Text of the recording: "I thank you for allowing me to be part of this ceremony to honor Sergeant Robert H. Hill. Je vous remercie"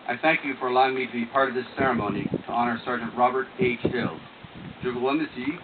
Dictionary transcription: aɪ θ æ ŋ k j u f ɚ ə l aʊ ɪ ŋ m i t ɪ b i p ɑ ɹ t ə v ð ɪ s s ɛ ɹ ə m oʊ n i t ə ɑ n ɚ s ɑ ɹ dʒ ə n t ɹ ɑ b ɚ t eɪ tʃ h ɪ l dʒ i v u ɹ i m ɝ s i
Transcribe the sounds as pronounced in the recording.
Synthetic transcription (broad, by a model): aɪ θ æ ŋ k j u f ɚ ə l aʊ ɪ ŋ m i t ɪ b i p ɑ ɹ t ə v ð ɪ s s ɛ ɹ ə m oʊ n i t ə ɑ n ɚ s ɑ ɹ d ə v ɹ ɑ b ɚ t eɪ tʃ h ɪ l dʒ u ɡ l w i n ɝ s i